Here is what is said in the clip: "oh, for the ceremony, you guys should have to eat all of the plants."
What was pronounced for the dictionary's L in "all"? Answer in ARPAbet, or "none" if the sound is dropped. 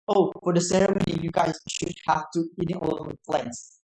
N